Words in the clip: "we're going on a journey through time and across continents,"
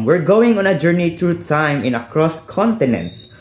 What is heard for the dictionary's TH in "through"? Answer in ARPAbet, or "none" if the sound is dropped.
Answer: T